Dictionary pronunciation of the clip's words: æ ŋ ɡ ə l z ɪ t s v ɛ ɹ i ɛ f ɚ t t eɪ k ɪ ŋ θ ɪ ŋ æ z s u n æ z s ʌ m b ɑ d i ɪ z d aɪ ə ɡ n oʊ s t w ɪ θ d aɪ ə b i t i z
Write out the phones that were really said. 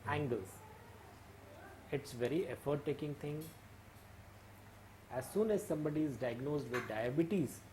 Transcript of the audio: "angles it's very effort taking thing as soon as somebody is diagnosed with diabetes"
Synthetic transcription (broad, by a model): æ ŋ ɡ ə l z ɪ t s v ɛ ɹ i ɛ f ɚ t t eɪ k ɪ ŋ t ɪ ŋ æ z s u n æ z s ʌ m b ɑ d i ɪ z d aɪ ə ɡ n oʊ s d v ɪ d d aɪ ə b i t i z